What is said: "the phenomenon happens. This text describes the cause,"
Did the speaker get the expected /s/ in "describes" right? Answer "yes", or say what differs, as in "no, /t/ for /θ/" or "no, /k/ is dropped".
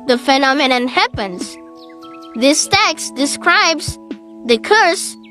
yes